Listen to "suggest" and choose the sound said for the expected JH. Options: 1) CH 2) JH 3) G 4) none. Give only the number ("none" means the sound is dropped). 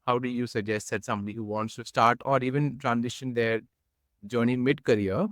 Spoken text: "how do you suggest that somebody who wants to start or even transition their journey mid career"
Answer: 2